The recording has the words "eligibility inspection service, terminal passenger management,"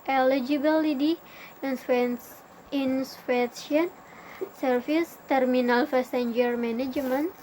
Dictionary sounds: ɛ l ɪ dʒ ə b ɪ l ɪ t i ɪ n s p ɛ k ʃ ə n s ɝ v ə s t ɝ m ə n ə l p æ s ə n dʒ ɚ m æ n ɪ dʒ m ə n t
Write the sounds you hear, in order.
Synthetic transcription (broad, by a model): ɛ l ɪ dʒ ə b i l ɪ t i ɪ n s f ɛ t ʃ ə n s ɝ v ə s t ɝ m ə n ə l f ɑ s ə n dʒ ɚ m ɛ n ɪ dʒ m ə n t